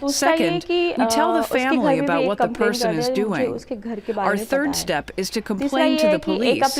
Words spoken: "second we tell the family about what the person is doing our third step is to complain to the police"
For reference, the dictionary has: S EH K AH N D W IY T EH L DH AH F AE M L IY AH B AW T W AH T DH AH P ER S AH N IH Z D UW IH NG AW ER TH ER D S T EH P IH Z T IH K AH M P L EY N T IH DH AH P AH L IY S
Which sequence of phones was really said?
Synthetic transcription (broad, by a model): S EH K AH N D W IY T EH L DH AH F AE M L IY AH B AW T W AH T DH AH P ER S AH N IH Z D UW IH NG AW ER TH ER D S T EH P IH Z T IH K AH M P L EY N T IH DH AH P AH L IY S